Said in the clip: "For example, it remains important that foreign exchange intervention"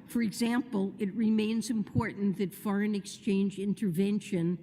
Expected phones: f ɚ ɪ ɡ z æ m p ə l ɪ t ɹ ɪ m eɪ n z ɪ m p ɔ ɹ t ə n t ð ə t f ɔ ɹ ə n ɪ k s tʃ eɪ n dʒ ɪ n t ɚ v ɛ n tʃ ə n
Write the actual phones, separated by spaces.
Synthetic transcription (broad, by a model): f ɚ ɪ ɡ z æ m p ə l ɪ t ɹ ɪ m eɪ n z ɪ m p ɔ ɹ t n ð ə t f ɔ ɹ ə n ɪ k s tʃ eɪ n dʒ ɪ n t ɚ v ɛ n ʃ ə n